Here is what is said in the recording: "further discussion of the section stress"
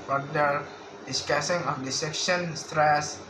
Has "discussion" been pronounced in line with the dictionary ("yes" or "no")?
no